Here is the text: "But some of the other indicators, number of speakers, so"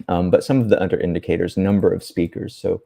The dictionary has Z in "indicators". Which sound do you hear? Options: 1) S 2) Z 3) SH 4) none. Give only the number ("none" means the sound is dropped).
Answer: 2